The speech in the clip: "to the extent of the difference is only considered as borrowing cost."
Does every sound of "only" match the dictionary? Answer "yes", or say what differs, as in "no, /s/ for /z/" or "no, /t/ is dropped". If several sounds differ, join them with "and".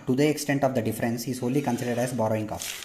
no, /n/ is dropped